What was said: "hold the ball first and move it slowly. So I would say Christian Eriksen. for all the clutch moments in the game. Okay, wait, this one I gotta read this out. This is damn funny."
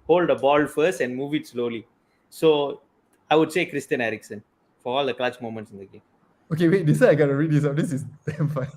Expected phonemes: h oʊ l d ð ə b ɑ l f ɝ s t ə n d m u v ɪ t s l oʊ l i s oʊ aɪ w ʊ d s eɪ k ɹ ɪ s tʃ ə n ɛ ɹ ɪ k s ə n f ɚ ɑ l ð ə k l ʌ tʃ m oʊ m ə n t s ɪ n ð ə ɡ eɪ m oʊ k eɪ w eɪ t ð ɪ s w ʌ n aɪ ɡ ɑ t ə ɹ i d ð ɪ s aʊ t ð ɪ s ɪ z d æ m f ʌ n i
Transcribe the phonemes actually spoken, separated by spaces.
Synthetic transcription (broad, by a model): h oʊ l d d ə b ɑ l f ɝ s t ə n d m u v ɪ t s l oʊ l i s oʊ aɪ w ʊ d s eɪ k ɹ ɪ s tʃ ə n ɛ ɹ ɪ k s ə n f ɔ ɑ l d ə k l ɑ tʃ m oʊ m ə n t s ɪ n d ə ɡ eɪ m oʊ k eɪ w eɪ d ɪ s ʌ aɪ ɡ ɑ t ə ɹ i d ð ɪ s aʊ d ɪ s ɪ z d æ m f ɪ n